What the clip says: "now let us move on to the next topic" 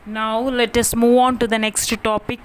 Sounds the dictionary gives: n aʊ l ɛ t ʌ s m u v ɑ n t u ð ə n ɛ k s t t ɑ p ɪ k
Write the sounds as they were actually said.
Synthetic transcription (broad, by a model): n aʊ l ɛ t ʌ s m u v ɑ n t u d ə n ɛ k s t t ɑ p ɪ k